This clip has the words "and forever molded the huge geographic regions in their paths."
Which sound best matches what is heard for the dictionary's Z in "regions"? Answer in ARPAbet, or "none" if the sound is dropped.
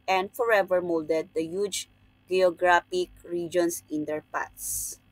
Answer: S